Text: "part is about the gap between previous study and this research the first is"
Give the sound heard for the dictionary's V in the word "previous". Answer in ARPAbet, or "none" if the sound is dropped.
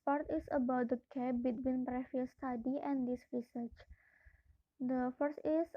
F